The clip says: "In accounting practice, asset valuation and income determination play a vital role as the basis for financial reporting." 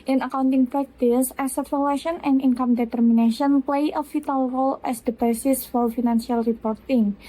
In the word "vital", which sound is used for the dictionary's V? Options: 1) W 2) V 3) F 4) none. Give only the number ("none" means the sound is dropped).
3